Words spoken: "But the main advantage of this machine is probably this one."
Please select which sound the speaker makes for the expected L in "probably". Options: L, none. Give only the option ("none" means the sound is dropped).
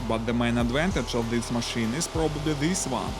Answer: none